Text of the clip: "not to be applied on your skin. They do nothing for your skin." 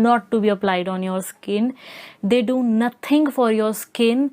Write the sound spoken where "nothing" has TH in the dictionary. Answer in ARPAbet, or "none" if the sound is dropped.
T